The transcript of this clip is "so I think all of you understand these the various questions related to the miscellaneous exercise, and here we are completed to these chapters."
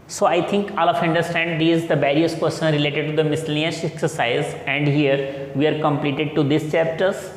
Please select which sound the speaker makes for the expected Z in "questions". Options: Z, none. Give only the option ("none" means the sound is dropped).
none